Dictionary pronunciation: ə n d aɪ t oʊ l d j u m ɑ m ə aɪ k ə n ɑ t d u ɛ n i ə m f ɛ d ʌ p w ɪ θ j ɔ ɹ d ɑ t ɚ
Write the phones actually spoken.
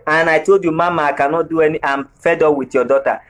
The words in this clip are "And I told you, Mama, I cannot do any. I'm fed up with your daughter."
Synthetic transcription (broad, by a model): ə n aɪ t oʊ d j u m ɑ m ə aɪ k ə n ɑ d u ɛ n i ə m f ɛ d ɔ w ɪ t j ɔ d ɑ t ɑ